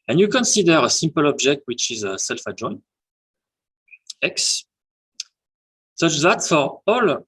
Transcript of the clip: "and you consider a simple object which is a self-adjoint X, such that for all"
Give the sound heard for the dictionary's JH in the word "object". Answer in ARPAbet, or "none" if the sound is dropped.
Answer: JH